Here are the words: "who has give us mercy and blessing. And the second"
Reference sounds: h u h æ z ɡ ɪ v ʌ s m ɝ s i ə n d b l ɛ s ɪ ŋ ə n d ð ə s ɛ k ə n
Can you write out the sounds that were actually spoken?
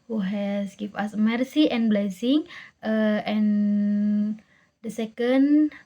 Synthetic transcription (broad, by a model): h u h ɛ s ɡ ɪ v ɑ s m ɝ s i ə n b l ɛ s ɪ ŋ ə n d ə s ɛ k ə n